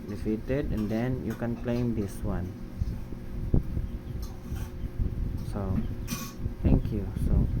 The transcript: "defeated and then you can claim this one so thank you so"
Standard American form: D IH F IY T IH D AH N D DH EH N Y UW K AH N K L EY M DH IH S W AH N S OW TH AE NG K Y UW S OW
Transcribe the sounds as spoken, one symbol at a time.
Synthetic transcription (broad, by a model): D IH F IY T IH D AH N D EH N Y UW K AH N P L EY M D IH S W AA N S OW T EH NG K Y UW S OW